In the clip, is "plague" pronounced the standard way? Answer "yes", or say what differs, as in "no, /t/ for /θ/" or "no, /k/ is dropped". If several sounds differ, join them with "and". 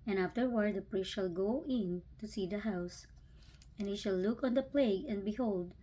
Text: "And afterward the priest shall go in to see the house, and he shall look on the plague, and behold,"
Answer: yes